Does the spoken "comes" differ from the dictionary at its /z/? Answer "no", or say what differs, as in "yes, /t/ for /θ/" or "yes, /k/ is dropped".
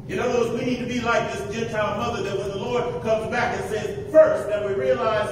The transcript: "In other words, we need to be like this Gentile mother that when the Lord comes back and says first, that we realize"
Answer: no